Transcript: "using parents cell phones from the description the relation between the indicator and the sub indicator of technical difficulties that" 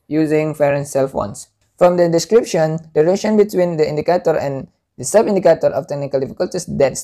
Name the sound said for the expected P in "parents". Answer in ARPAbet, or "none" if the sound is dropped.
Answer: F